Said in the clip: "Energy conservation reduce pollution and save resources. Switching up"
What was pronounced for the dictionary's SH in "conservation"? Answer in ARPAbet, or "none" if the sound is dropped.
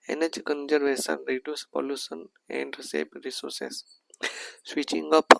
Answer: S